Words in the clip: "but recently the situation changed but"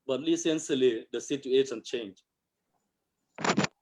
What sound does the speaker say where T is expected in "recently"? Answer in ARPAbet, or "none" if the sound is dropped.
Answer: S